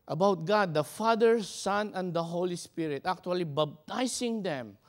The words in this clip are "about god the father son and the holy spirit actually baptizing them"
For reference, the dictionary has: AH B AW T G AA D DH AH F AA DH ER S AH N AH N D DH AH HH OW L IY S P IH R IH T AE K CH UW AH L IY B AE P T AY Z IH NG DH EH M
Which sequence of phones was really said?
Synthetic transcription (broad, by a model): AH B AW T G AA D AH F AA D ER S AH N AH N D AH HH OW L IY S P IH R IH T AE K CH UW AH L IY B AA B T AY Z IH NG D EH M